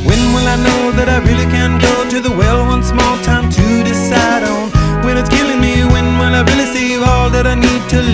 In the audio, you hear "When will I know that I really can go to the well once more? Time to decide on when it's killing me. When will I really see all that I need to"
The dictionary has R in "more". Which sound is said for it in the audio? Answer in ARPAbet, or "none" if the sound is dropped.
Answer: L